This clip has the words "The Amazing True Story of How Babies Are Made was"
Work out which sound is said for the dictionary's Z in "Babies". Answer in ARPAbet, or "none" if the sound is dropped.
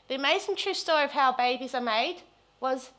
Z